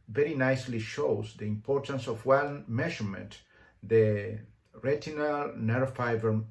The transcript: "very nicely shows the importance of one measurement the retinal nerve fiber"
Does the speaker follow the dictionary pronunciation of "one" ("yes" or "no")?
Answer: no